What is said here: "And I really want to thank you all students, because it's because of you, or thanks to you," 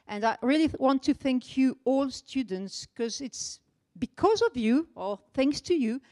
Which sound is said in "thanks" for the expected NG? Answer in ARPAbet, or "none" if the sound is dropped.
NG